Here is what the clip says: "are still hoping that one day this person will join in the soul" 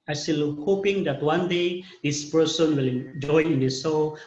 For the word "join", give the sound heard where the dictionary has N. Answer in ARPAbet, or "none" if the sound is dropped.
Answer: none